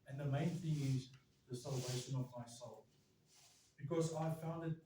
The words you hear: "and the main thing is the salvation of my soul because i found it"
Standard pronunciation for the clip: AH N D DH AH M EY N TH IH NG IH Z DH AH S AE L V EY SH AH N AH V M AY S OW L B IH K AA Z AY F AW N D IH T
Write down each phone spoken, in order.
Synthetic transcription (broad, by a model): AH N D DH AH M EY N TH IH NG IH Z DH AH S AE L V EY SH AH N AH V M AY S OW L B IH K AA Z AY F AW N D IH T